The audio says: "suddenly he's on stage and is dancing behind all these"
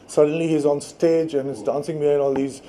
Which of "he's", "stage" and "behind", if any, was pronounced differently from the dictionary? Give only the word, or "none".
behind